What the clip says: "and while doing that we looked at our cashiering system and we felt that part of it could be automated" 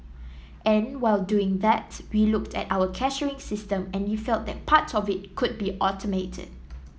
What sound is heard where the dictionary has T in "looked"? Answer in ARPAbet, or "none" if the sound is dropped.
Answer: T